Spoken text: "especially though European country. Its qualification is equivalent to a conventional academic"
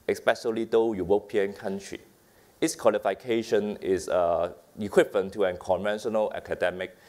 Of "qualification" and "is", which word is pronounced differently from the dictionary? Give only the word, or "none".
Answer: is